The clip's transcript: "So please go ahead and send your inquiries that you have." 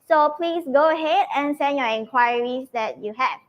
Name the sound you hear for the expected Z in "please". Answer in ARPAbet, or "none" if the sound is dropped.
S